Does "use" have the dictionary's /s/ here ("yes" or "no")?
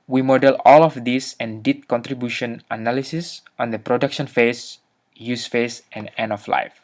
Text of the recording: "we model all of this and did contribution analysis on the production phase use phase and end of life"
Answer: yes